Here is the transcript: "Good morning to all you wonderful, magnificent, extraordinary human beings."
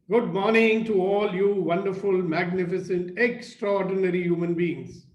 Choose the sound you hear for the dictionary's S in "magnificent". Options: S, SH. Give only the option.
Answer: S